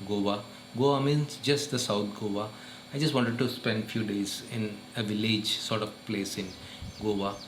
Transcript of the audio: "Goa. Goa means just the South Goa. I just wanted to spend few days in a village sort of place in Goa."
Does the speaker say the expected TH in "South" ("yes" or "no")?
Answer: no